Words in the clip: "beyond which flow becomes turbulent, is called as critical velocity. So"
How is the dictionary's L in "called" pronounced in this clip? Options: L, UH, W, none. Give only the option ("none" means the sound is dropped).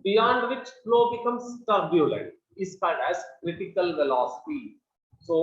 none